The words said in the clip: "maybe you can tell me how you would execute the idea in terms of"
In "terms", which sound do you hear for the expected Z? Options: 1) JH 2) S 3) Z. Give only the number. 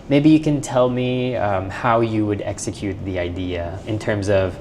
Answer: 3